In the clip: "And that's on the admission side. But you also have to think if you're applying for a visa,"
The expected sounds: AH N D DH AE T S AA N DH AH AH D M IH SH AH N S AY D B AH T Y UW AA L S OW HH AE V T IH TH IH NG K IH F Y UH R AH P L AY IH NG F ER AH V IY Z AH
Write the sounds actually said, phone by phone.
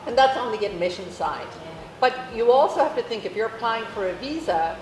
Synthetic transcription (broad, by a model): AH N DH AE T S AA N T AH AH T M IH SH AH N S AY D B AH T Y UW AA L S OW HH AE F T IH TH IH NG K IH F Y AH R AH P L AY IH NG F ER AH V IY Z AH